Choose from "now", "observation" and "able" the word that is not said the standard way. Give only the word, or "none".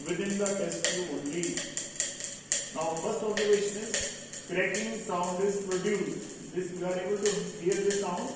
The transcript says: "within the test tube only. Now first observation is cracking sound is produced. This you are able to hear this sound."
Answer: observation